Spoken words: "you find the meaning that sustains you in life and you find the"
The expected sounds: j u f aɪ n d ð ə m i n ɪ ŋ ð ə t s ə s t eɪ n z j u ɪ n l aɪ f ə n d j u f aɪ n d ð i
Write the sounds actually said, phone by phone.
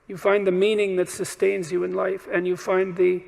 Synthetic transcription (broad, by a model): j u f aɪ n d ð ə m i n ɪ ŋ ð ə t s ə s t eɪ n z j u ɪ n l aɪ f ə n j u f aɪ n ð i